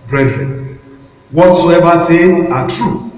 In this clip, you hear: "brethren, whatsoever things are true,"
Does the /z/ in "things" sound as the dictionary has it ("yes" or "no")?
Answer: no